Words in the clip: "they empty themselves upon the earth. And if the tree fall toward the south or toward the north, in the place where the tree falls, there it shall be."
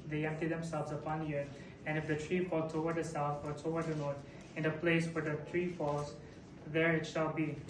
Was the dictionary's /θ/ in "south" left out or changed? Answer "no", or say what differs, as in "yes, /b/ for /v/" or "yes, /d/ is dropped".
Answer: yes, /t/ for /θ/